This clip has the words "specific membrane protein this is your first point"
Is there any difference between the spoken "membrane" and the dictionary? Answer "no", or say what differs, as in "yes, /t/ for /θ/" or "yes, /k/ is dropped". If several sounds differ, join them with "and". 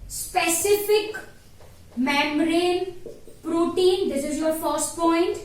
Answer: yes, /b/ is dropped